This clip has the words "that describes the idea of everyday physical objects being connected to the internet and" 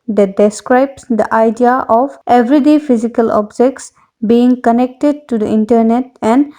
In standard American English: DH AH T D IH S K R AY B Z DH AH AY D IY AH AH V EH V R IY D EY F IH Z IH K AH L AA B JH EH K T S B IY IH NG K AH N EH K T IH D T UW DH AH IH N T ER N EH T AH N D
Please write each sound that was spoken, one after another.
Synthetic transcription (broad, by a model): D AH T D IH S K R AY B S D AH AY D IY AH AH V EH V R IY D EY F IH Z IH K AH L AA B JH EH K T S B IY IH NG K AH N EH K T IH D T UW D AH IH N T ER N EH T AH N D